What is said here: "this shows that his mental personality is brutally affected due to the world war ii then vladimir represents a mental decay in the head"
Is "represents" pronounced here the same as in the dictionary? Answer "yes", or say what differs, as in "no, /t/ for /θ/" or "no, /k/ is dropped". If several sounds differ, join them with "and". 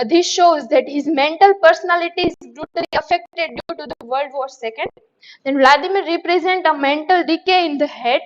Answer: no, /s/ is dropped